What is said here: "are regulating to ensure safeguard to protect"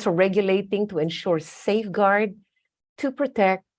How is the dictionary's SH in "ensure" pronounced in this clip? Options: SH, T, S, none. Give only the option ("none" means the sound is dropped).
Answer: SH